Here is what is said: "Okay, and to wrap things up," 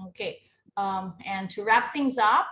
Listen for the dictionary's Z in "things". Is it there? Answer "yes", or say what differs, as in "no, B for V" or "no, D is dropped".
yes